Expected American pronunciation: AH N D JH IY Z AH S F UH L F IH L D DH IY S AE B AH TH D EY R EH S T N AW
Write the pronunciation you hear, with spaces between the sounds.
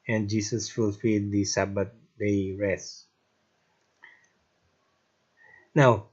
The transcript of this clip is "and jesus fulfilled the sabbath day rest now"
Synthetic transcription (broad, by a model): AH N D JH IY S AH S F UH L F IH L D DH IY S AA B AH T D EY R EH S N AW